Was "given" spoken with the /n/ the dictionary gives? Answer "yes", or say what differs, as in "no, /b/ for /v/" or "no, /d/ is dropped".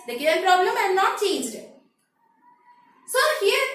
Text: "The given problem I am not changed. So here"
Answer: no, /l/ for /n/